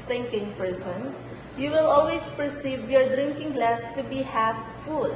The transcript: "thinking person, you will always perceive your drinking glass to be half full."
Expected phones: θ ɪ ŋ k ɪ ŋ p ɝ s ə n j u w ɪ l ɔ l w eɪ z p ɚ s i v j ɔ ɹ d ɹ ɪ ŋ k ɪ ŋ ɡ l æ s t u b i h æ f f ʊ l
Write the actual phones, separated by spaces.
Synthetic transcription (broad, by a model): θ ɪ ŋ k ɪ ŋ p ɝ s ə n j u w ɪ l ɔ l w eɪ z p ɚ s i v j ɔ ɹ d ɹ ɪ ŋ k ɪ ŋ ɡ l æ s t u b i h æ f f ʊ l